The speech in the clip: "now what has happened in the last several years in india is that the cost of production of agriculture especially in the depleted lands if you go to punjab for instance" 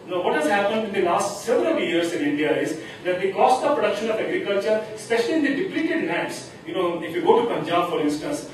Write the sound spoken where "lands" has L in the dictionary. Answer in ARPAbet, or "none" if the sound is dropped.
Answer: N